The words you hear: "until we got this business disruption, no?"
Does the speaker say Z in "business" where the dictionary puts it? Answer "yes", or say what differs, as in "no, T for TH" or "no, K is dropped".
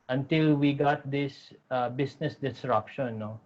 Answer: no, S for Z